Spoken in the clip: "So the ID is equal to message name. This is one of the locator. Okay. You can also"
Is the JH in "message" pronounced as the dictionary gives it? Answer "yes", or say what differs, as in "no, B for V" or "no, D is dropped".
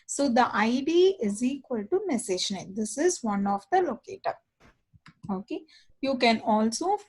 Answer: no, SH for JH